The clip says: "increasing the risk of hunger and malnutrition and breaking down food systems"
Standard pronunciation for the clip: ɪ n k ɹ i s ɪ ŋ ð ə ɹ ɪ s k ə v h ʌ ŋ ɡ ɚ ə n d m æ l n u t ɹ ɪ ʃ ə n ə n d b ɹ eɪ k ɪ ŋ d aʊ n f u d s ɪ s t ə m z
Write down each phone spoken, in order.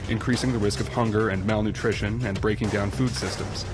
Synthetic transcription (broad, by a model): ɪ n k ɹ i s ɪ ŋ ð ə ɹ ɪ s k ə v h ʌ ŋ ɡ ɚ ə n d m æ l n u t ɹ ɪ ʃ ə n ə n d b ɹ eɪ k ɪ ŋ d aʊ n f u d s ɪ s t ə m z